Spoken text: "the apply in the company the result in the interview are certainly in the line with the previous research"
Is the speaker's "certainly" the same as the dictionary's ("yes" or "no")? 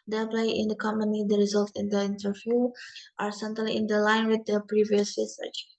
no